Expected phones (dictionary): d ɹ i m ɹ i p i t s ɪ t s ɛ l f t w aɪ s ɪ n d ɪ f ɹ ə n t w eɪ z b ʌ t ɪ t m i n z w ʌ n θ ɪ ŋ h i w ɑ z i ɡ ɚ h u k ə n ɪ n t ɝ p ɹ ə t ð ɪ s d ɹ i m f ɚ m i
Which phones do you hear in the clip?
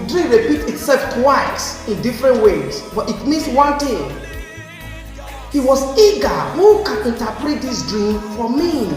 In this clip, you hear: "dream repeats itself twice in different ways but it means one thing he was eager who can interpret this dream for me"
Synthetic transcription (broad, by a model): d ɹ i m ɹ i p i t ɪ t s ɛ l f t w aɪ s ɪ n d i f ɹ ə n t w eɪ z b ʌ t ɪ t m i n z w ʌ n t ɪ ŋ h i w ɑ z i ɡ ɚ h u k ə n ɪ n t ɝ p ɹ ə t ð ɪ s d ɹ i m f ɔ m i